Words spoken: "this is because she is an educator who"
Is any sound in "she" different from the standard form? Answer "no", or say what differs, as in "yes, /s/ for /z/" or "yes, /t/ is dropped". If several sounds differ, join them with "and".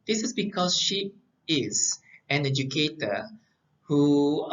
no